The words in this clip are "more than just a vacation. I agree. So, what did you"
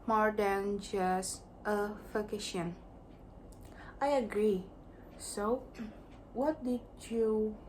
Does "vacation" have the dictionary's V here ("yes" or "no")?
no